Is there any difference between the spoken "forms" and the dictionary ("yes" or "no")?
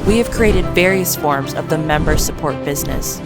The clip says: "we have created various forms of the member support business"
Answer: no